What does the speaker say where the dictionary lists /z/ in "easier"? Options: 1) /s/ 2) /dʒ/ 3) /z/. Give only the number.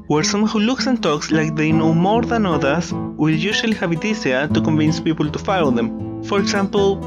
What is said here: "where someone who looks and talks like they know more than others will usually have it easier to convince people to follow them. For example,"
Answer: 1